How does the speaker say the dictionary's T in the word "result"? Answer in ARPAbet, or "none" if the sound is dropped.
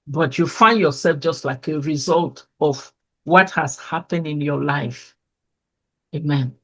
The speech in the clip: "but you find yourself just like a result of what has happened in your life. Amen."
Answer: T